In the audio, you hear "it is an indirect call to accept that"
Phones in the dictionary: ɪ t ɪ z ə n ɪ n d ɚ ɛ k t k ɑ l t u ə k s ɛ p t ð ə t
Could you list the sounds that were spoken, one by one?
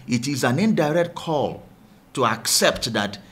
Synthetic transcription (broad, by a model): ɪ t ɪ z ə n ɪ n d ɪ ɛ k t k ɑ l t u ə k s ɛ p t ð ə t